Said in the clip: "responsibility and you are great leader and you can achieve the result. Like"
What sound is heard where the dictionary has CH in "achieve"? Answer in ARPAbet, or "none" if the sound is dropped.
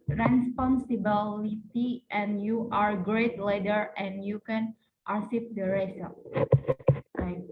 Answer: S